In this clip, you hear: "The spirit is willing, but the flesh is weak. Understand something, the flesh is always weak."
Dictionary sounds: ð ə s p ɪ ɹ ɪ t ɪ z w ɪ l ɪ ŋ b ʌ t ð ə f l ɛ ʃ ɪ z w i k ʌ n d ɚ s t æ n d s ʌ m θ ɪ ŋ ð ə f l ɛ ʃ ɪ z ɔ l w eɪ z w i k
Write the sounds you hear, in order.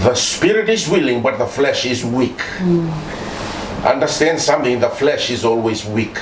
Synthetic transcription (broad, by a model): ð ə s p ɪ ɹ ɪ t ɪ z w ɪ l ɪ ŋ b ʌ t ð ə f l ɛ ʃ ɪ z w i k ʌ n d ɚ s t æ n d s ʌ m θ ɪ ŋ ð ə f l ɛ ʃ ɪ z ɔ l w eɪ z w i k